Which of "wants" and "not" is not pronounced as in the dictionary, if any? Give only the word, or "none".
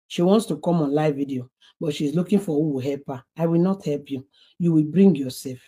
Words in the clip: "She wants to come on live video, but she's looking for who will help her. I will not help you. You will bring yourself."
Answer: none